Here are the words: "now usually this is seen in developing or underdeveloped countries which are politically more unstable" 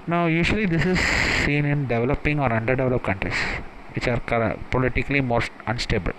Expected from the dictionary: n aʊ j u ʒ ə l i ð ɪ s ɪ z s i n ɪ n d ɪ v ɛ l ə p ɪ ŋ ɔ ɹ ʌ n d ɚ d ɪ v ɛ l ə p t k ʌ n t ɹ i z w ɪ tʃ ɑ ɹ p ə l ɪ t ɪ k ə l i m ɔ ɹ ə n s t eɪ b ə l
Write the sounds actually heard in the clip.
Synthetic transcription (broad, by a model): n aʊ j u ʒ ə l i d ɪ s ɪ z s i n ɪ n d ɪ v ɛ l ə p ɪ ŋ ɔ ɹ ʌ n d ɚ d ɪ v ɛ l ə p k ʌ n t ɹ i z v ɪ tʃ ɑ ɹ p ə l ɪ t ɪ k ə l i m ɔ ɹ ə n s t eɪ b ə l